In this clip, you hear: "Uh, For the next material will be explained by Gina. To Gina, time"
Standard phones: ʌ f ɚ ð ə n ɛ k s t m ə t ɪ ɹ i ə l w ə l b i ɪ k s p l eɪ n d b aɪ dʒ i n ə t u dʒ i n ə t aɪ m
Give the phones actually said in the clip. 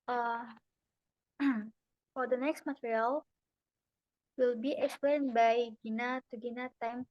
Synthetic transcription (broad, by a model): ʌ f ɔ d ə n ɛ k s t m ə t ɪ ɹ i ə l w ə l b i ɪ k s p eɪ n b aɪ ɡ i n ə t u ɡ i n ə t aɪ m